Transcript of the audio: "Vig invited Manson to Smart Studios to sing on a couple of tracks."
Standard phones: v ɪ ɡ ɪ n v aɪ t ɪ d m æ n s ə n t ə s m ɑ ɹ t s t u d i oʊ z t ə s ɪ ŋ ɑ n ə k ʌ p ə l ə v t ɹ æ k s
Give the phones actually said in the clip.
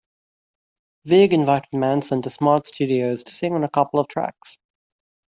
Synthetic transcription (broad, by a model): v ɪ ɡ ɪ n v aɪ t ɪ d m æ n s ə n t ə s m ɑ ɹ t s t u d i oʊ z t ə s ɪ ŋ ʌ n ə k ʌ p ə l ə v t ɹ æ k s